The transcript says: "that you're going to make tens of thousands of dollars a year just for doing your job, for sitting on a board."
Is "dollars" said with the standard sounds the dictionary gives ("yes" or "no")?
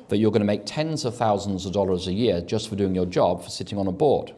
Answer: yes